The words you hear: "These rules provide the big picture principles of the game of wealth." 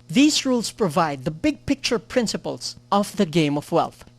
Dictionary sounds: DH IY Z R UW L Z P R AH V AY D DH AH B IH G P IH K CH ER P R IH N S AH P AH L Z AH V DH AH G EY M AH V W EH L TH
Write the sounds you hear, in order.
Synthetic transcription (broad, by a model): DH IY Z R UW L S P R AH V AY D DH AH B IH G P IH K CH ER P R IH N S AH P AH L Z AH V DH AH G EY M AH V W EH L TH